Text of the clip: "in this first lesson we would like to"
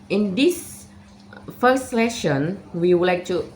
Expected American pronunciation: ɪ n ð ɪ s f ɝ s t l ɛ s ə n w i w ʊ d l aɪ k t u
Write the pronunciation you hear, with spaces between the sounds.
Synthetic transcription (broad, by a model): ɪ n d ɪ s f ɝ s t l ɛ ʃ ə n w i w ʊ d l aɪ k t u